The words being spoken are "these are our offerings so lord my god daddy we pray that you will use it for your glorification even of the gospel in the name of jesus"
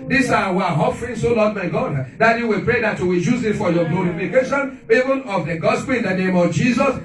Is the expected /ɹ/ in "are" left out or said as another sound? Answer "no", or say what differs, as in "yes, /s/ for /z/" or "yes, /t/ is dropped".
yes, /w/ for /ɹ/